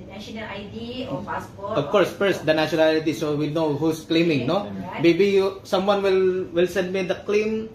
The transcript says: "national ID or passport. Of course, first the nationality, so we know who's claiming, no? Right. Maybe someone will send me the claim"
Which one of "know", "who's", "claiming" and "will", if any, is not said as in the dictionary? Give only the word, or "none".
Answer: who's